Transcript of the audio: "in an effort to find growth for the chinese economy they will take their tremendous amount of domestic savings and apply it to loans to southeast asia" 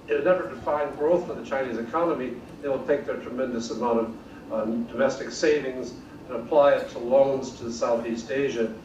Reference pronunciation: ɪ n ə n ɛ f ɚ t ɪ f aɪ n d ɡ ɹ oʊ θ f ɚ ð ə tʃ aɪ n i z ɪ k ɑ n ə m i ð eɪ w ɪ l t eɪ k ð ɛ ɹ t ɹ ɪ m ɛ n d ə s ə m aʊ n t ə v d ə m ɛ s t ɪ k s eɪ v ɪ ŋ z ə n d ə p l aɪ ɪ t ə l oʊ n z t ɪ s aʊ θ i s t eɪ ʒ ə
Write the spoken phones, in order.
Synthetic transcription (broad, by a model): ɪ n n ɛ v ɚ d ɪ f aɪ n ɡ ɹ oʊ θ f ɚ ð ə tʃ aɪ n i z ɪ k ɑ n ə m i ð eɪ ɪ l t eɪ k ð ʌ ɹ t ɹ ɪ m ɛ n d ə s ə m aʊ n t ə v d ə m ɛ s t ɪ k s eɪ v ɪ ŋ z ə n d ə p l aɪ ɪ t ə l oʊ n z t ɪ s aʊ θ i s t eɪ ʒ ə